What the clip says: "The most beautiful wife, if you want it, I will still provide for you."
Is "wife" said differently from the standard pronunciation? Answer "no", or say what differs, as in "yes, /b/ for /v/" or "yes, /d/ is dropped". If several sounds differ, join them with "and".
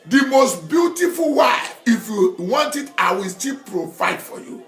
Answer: yes, /f/ is dropped